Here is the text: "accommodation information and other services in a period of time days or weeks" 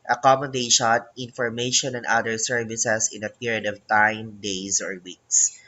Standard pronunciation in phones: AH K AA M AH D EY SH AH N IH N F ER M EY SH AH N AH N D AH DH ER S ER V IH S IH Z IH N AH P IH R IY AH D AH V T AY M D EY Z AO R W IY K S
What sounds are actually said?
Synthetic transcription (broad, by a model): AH K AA M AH D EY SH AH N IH N F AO M EY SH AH N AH N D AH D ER S ER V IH S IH S IH N AH P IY R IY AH D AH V T AY M D EY S AO R W IY K S